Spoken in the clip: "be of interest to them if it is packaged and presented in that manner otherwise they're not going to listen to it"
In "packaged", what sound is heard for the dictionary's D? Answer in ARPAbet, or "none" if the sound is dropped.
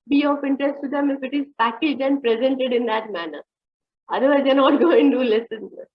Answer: none